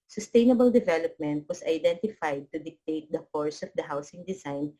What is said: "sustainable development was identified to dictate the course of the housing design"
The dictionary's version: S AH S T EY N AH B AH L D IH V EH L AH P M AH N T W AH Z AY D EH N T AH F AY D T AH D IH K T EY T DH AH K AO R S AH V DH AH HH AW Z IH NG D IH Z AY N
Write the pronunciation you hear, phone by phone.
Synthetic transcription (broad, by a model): S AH S T EY N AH B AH L D IH V EH L AH P M AH N T W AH S AY D EH N T AH F AY D T AH D IH K T EY T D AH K AO R S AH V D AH HH AW S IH NG D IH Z AY N